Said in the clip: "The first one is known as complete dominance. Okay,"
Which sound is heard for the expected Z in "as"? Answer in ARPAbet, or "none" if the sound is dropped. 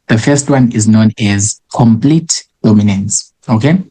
Z